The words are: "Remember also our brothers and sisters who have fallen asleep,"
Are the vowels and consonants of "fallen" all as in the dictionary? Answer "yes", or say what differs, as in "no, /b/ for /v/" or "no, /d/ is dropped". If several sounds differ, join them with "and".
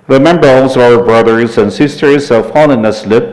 no, /n/ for /l/